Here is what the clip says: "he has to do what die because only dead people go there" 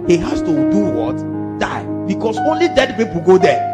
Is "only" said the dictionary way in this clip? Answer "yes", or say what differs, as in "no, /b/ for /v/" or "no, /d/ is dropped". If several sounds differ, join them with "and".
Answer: yes